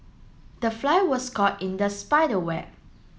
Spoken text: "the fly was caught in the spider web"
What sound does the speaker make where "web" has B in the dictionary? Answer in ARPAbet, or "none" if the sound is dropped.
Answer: none